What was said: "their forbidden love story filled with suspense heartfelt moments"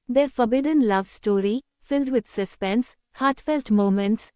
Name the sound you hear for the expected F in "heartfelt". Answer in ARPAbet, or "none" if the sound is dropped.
F